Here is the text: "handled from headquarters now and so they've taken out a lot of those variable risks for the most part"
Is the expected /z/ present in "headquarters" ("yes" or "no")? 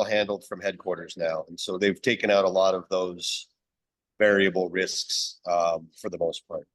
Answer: yes